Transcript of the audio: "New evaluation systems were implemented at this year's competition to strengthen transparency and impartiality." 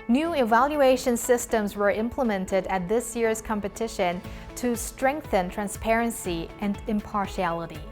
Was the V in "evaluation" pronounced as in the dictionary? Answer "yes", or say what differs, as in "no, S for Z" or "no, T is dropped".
yes